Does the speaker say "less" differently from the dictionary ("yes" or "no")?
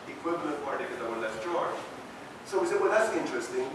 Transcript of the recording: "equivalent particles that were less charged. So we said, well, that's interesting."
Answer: yes